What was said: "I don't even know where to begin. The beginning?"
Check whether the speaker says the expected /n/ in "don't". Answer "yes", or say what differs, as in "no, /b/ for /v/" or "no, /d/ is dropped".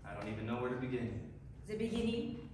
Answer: yes